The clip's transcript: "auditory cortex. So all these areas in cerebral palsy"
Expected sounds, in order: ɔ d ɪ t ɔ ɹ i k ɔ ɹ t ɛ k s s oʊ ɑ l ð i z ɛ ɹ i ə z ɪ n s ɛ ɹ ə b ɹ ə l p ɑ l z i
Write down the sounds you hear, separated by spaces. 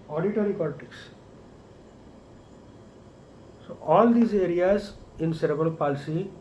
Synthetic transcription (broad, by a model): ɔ d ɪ t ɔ ɹ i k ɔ l t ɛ k s s oʊ ɑ l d i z ɛ ɹ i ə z ɪ n s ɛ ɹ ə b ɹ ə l p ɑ l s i